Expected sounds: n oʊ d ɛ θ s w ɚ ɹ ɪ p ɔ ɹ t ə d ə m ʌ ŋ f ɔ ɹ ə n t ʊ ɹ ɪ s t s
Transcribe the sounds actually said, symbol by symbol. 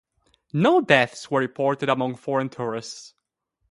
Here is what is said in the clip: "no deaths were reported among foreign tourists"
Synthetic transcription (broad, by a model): n oʊ d ɛ θ s w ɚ ɹ ɪ p ɔ ɹ t ə d ə m ʌ ŋ f ɔ ɹ ə n t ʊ ɹ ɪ s t s